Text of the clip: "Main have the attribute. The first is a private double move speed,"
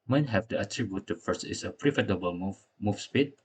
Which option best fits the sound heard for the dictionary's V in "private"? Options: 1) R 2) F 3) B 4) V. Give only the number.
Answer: 2